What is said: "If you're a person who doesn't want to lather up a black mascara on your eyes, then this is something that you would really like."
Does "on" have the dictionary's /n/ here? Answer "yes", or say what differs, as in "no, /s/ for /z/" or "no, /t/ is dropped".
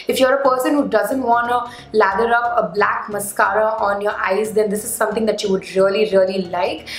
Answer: yes